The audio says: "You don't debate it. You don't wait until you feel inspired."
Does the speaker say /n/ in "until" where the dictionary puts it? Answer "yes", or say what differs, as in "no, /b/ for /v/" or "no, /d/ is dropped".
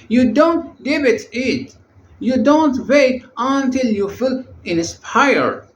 yes